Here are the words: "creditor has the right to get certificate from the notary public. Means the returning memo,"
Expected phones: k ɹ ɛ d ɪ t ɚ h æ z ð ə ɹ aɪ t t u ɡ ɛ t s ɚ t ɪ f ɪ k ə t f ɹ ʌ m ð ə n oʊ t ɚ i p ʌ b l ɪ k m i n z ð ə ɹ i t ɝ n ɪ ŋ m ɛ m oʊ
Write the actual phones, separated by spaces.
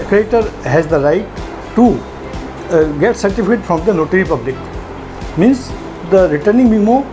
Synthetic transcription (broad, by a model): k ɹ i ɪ t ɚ h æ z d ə ɹ aɪ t t u ɡ ɛ t s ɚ t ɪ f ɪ ə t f ɹ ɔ m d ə n oʊ t ɚ i p ʌ b l ɪ k m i n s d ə ɹ i t ɝ n ɪ ŋ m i m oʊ